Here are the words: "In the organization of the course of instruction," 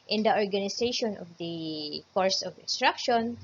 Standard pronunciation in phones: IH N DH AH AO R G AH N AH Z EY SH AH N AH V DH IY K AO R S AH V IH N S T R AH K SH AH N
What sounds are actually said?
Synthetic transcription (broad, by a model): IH N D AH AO R G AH N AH S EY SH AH N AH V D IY K AO R S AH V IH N S T R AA K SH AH N